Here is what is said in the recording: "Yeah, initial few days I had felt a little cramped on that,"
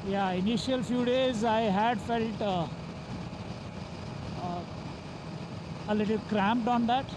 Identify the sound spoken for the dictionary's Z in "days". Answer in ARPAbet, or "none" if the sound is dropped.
Z